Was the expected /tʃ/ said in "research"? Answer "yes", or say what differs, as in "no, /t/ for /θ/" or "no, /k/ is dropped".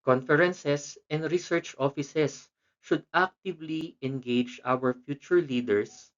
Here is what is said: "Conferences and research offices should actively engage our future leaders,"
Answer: yes